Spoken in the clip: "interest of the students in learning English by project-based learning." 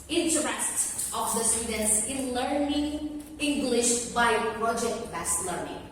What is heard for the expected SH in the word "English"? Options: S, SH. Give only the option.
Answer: SH